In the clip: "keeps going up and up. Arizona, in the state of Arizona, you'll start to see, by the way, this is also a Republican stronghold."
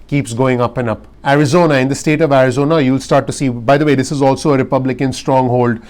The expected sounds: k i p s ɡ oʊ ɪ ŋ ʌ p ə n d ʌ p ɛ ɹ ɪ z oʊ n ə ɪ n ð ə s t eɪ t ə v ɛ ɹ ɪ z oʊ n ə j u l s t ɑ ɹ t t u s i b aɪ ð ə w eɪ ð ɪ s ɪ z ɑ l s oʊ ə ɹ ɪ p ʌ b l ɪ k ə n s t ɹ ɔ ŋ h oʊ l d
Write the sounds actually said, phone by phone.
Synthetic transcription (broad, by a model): k i p s ɡ oʊ ɪ ŋ ʌ p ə n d ʌ p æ ɹ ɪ z oʊ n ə ɪ n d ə s t eɪ t ə v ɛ ɹ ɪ z oʊ n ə j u l s t ɑ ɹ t t u s i b aɪ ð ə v eɪ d ɪ s ɪ z ɑ l s oʊ ə ɹ ɪ p ʌ b l ɪ k ə n s t ɹ ɔ ŋ h oʊ l d